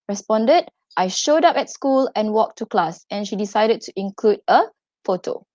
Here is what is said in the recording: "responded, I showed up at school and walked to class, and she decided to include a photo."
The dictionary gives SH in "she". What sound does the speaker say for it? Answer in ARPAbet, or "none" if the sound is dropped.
SH